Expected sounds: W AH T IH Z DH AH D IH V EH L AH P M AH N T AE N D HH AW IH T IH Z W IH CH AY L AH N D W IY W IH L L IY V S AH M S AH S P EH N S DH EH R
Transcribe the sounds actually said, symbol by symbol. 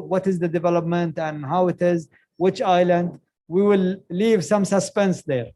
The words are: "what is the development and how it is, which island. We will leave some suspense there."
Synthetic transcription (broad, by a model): W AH T IH Z DH AH D IH V EH L AH P M AH N T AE N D HH AW IH T IH Z W IH CH AY L AH N D W IY W IH L L IY V S AH M S AH S P EH N S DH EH R